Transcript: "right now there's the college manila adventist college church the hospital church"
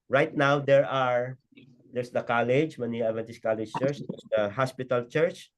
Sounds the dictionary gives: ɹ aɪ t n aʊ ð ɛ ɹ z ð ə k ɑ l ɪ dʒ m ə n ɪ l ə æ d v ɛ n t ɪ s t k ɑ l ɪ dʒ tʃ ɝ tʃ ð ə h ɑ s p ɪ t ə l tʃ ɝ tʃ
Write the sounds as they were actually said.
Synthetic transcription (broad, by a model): ɹ aɪ t n aʊ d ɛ ɹ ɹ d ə k ɑ l ɪ dʒ m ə n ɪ ə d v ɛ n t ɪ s k ɑ l ɪ dʒ tʃ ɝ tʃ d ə h ɑ s p ɪ t ə l tʃ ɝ tʃ